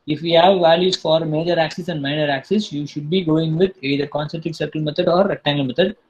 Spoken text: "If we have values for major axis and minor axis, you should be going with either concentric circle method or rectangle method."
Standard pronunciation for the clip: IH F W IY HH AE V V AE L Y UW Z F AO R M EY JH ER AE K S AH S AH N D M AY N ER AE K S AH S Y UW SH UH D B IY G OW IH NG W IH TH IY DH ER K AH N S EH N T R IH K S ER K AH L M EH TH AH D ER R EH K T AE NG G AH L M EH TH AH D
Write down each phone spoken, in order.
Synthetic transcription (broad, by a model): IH F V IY HH AE V V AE L Y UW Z F AO R M EY JH ER AE K S AH S AH N D M AY N ER AE K S AH S Y UW SH UH D B IY G OW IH NG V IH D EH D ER K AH N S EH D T IH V S ER K AH L M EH T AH D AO R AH T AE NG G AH L M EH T AH D